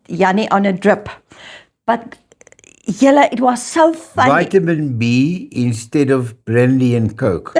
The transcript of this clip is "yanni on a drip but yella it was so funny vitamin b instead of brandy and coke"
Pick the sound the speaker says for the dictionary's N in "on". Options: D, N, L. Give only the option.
N